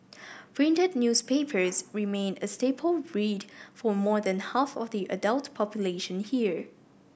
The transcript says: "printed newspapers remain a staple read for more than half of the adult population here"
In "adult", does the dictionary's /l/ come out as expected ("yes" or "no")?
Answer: yes